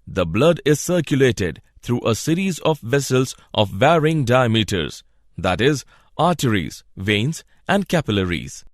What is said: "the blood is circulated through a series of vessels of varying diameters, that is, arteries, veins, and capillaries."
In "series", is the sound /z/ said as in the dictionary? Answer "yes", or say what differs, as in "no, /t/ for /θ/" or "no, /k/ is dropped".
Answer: yes